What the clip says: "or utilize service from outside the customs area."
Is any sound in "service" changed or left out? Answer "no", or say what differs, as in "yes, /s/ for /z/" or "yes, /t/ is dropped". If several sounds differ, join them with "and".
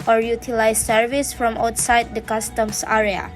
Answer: no